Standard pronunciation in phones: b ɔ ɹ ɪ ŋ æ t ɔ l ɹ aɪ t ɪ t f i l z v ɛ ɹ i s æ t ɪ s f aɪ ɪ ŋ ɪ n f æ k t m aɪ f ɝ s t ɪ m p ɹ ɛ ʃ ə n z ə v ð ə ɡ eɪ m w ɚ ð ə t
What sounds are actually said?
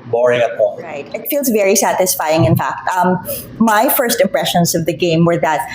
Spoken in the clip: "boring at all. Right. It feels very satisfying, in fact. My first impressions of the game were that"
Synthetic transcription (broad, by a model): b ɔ ɹ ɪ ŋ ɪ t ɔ ɹ aɪ t ɪ t f i l z v ɛ ɹ i s æ t ɪ s f aɪ ɪ ŋ ɪ n f æ k t m aɪ f ɝ s t ɪ m p ɹ ɛ ʃ ə n z ə v ð ə ɡ eɪ m w ɚ ð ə t